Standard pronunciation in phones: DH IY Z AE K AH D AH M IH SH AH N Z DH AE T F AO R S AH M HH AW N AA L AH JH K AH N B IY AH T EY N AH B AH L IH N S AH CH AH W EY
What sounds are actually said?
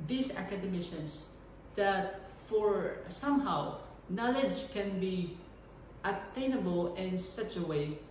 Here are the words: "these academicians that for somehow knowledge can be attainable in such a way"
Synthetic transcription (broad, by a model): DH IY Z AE K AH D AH M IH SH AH N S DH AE T F AO R S AH M HH AW N AA L AH JH K AH N B IY AH T EY N AH B AH L IH N S AH CH AH W EY